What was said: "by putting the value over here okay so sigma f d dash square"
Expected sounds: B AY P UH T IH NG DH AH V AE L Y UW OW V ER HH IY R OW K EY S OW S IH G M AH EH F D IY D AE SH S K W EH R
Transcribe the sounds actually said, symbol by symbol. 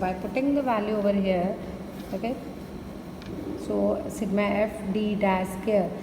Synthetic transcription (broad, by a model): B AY P UH T IH NG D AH V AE L Y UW OW V ER HH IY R OW K EY S OW S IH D M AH EH F D IY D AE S K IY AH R